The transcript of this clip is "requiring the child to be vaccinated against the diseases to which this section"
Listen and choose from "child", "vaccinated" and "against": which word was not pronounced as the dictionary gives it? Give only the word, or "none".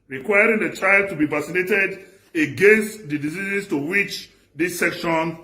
vaccinated